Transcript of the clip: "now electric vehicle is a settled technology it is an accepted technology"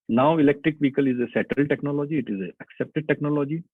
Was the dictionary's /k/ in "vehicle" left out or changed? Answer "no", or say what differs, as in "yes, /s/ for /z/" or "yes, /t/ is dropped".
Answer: no